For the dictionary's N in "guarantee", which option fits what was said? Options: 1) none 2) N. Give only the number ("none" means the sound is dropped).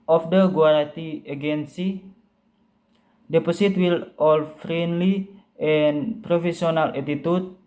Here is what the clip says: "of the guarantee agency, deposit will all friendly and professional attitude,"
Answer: 1